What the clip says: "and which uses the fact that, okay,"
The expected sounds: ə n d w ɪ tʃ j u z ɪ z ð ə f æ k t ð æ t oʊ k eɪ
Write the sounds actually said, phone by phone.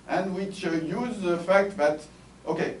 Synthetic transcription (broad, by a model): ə n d w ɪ tʃ j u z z ð ə f æ k t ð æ t oʊ k eɪ